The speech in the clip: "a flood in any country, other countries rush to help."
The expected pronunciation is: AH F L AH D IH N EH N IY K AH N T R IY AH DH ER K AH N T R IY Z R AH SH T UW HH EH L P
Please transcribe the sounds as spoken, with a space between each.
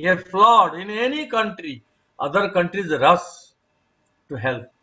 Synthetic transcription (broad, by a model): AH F L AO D IH N EH N IY K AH N T R IY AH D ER K AH N T R IY Z R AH S T UW HH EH L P